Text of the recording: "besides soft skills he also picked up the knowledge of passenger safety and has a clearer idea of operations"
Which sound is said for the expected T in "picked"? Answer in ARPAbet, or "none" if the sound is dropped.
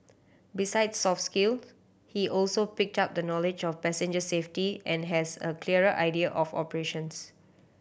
T